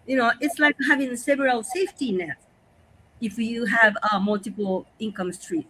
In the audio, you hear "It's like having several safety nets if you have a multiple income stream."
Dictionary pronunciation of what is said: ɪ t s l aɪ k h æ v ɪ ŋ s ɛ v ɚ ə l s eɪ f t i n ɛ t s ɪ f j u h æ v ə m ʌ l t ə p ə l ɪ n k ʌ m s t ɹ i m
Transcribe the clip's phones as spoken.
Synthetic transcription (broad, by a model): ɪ t s l aɪ k h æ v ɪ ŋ s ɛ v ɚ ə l s eɪ f t i n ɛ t ɪ f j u h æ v ə m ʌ l t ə p l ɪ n k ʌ m s t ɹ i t